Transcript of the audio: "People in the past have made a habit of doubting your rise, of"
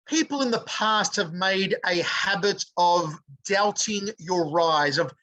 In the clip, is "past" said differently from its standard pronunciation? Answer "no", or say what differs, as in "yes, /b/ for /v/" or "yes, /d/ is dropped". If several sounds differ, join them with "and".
no